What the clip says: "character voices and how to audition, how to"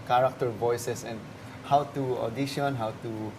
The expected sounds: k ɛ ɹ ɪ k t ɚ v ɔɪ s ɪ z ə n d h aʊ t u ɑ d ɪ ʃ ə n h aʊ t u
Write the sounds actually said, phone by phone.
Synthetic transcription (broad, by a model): k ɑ ɹ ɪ k t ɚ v ɔɪ s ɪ s ə n d h aʊ t u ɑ d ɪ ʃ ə n h aʊ t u